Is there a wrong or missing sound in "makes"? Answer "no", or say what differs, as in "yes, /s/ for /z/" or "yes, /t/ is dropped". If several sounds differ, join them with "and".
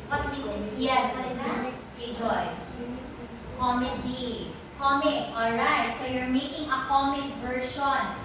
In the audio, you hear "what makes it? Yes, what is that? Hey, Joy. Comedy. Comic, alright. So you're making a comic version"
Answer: yes, /k/ is dropped